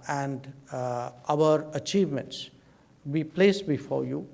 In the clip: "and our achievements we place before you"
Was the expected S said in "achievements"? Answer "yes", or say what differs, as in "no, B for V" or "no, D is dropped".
yes